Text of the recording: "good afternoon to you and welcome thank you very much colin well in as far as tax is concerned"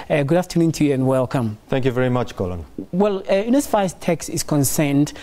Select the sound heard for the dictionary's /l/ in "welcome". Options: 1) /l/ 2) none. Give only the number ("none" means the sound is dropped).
1